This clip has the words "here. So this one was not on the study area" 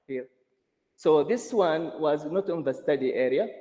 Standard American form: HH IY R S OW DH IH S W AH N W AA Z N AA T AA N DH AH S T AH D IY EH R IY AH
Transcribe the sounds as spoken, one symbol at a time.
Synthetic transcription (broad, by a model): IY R S OW DH IH S W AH N W AA Z N AA T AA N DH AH S T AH D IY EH R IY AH